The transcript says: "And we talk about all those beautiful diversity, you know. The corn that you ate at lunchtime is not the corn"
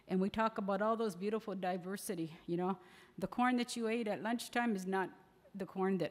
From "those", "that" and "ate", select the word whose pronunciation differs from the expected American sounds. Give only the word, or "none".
none